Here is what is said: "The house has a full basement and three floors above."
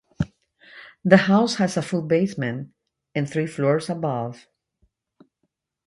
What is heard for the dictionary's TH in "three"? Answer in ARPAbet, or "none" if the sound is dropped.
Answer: TH